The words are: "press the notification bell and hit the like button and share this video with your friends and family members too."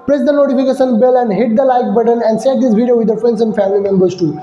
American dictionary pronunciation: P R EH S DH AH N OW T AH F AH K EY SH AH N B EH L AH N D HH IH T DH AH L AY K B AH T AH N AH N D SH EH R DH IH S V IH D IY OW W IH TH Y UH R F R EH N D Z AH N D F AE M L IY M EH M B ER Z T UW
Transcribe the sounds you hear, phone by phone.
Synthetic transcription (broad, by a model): P R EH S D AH N OW T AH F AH K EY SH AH N B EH L AH N D HH IH T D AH L AY K B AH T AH N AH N D S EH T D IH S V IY D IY OW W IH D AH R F R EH N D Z AH N D F AE M L IY M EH M B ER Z T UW